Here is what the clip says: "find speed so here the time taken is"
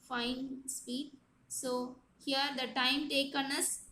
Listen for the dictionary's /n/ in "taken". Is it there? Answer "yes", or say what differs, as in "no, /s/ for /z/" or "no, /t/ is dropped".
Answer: yes